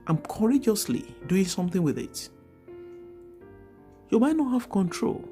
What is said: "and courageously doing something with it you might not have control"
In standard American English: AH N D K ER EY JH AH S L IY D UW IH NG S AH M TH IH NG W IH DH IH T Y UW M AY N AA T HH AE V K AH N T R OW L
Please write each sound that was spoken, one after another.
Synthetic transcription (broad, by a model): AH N K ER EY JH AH S L IY D UW IH NG S AH M TH IH NG W IH DH IH T Y UW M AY N AA T HH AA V K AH N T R OW L